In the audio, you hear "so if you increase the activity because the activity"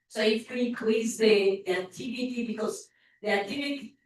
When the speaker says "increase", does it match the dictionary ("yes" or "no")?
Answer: no